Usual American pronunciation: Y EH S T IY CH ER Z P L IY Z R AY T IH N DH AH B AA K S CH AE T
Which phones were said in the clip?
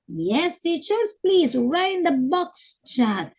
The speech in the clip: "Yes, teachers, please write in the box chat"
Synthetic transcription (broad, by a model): Y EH S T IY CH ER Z P L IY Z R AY IH N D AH B AA K S CH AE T